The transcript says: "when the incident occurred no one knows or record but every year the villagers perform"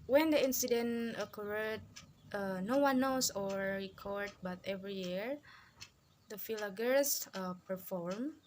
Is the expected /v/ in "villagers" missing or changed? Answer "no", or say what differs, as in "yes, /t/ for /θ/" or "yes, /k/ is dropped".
yes, /f/ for /v/